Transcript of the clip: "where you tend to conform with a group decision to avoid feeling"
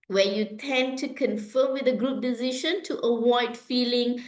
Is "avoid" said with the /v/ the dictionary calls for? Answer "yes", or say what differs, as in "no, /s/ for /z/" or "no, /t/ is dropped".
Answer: no, /w/ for /v/